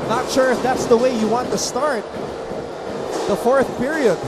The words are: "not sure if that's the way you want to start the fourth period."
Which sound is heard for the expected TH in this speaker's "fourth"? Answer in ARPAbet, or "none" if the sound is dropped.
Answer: TH